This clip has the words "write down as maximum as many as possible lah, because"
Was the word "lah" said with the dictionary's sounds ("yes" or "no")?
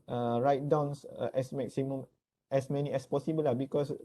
yes